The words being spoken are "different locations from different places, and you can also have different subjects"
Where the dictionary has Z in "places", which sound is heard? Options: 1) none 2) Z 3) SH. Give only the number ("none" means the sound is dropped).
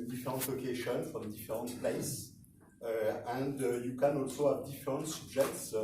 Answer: 1